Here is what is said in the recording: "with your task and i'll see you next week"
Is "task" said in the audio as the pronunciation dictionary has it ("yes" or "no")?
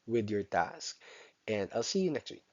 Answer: yes